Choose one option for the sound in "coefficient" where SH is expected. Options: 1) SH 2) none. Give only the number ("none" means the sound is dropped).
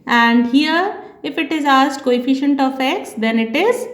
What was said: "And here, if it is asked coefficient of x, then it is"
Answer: 1